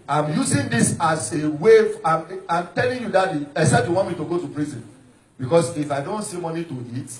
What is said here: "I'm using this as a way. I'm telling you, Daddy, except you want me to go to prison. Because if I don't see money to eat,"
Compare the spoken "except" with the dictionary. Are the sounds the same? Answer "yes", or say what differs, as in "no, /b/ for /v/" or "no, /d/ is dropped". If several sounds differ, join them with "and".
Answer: no, /p/ is dropped